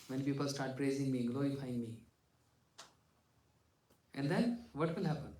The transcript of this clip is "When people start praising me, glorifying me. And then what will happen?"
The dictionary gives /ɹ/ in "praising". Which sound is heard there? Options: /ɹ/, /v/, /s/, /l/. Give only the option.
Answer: /ɹ/